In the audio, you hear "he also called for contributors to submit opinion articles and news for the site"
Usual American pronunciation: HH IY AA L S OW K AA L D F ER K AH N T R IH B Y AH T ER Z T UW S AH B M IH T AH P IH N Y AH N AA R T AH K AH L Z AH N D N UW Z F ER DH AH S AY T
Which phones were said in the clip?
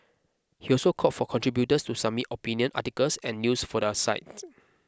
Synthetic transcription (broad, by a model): HH IY AA L S OW K AA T F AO K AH N T R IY B Y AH T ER S T UW S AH M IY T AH P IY N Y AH N AA T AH K AH L S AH N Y UW S F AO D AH S AY T